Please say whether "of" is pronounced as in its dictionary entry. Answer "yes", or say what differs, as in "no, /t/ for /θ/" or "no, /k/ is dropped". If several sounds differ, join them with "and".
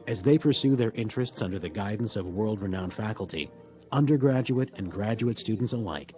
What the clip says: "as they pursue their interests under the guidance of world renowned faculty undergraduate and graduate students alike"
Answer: yes